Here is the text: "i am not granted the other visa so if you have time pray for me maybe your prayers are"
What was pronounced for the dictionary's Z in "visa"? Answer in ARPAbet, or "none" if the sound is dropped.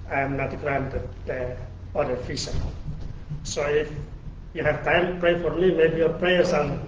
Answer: S